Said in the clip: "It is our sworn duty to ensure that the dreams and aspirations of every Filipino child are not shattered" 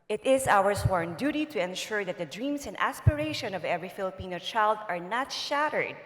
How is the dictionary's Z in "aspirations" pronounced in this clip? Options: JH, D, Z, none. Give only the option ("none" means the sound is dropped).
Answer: none